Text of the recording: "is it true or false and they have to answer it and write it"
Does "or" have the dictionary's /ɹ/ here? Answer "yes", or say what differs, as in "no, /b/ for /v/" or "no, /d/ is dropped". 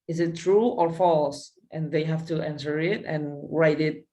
yes